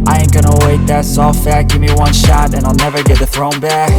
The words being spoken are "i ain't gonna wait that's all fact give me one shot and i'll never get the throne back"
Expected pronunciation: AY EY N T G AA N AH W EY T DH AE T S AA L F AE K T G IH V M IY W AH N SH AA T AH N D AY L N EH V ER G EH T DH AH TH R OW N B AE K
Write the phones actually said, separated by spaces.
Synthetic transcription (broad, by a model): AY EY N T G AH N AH W EY T DH AE T S AA L F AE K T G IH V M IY W AH N SH AA T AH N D AY L N EH V ER G EH T DH AH TH R OW N B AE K